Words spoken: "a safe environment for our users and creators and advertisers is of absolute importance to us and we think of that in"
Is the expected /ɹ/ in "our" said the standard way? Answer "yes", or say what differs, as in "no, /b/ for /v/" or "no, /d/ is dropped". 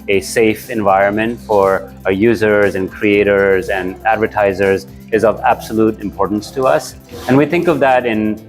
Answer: yes